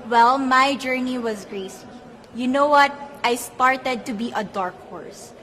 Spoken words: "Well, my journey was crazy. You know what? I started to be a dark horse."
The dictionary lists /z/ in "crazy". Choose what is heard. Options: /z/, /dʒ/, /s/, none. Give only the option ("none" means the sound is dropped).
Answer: /s/